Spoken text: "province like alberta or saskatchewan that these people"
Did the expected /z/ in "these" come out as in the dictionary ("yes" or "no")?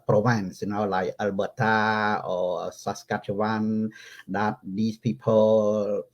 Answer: no